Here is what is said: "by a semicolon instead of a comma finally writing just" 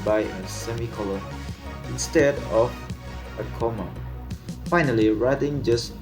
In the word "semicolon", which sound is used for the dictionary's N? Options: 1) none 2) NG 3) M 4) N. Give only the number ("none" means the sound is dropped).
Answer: 1